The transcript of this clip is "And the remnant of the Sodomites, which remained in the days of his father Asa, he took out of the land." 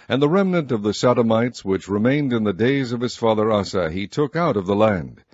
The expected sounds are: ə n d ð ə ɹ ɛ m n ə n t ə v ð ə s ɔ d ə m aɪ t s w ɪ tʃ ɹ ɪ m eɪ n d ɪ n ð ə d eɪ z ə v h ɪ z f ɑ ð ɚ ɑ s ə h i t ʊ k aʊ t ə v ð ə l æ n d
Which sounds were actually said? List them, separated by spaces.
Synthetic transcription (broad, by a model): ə n ð ə ɹ ɛ m n ə n t ə v ð ə s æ d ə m aɪ t s w ɪ tʃ ɹ ɪ m eɪ n d ɪ n ð ə d eɪ z ə v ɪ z f ɑ ð ɚ ɑ s ə i t ʊ k aʊ t ə v ð ə l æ n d